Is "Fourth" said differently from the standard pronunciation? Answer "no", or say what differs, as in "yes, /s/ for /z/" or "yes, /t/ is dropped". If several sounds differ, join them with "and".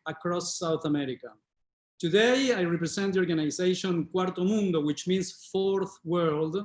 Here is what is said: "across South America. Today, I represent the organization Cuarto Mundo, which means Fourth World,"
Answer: no